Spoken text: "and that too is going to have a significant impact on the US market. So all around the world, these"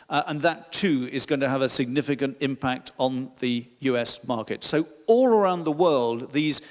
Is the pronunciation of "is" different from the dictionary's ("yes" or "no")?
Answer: no